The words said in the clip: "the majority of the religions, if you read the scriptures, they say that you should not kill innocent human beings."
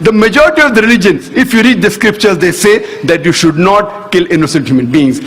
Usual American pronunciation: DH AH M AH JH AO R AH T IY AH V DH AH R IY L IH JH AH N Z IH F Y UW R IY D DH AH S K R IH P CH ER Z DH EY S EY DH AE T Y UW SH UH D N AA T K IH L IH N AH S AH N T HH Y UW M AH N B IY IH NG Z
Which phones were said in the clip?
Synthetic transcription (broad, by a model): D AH M AH JH AO R AH T IY AH V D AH R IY L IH JH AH N IH F Y UW R IY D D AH S K R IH P CH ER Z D EY S EY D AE T Y UW SH UH D N AA T K IH L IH N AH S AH N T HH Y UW M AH N B IY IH NG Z